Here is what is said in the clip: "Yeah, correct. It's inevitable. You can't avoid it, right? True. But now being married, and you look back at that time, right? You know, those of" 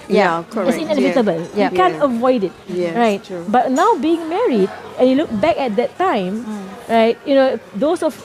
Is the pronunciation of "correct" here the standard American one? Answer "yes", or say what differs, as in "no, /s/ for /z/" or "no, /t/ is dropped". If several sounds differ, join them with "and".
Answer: no, /t/ is dropped